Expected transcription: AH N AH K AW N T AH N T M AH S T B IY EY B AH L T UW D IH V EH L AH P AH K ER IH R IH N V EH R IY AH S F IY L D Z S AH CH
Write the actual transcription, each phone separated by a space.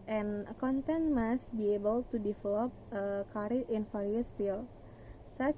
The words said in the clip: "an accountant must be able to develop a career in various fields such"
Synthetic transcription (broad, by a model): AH N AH K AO N T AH N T M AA S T B IY EY B AH L T UW D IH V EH L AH P AH K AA R IH N F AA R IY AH S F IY L S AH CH